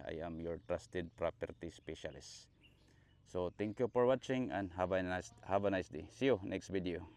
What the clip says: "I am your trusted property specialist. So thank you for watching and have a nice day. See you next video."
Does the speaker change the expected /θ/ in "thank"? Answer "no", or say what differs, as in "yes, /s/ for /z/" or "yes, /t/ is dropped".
yes, /t/ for /θ/